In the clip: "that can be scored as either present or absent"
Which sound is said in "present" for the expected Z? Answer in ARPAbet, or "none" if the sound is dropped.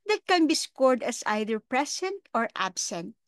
S